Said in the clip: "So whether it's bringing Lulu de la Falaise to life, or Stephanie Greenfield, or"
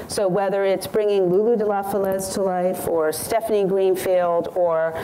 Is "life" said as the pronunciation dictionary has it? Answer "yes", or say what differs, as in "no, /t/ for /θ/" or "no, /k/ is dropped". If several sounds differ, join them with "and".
yes